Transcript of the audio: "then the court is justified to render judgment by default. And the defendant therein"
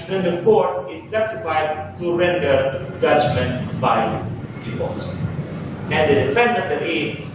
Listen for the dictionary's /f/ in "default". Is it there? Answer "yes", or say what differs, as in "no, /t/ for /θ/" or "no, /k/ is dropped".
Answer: no, /p/ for /f/